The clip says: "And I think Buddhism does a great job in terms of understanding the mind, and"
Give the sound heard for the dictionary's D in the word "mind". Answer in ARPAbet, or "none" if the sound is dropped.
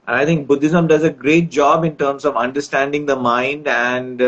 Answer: D